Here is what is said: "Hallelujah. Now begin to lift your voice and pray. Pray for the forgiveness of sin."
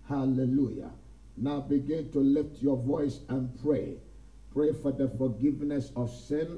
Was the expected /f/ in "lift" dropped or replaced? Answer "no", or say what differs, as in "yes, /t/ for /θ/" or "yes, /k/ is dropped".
no